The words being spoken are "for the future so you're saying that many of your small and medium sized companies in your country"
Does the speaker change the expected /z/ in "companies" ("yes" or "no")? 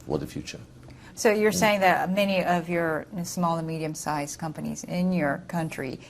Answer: no